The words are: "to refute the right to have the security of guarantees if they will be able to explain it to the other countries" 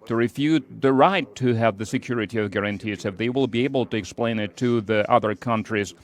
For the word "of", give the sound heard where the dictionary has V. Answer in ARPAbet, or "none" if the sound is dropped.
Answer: V